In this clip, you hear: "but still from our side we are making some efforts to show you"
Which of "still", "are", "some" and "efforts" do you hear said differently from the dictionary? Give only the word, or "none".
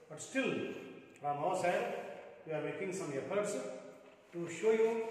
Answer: efforts